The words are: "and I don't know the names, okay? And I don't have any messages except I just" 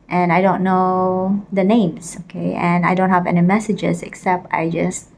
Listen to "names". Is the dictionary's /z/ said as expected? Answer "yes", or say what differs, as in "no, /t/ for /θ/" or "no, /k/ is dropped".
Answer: no, /s/ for /z/